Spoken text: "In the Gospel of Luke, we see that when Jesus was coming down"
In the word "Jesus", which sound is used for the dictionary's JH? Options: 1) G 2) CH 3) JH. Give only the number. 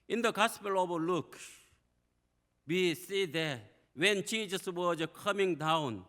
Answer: 2